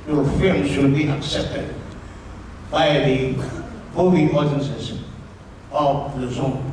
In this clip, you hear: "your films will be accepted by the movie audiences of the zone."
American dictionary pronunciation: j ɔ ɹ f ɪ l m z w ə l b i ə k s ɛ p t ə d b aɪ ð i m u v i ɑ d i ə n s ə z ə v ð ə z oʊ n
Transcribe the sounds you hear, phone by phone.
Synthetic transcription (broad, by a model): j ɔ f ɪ m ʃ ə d b i ə k s ɛ p t ə d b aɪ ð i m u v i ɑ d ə n s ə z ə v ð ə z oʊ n